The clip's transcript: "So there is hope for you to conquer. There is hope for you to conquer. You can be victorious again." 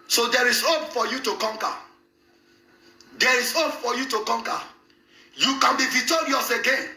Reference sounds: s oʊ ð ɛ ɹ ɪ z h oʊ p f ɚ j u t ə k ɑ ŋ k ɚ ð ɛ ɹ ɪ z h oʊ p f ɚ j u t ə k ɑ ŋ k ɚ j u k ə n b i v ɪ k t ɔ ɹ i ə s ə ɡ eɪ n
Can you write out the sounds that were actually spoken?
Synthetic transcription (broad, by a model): s oʊ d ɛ ɹ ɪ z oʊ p f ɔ j u t ə k ɑ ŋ k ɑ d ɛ ɹ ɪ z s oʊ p f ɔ j u t ə k ɑ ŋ k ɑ j u k ə n b i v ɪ t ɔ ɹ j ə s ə ɡ eɪ n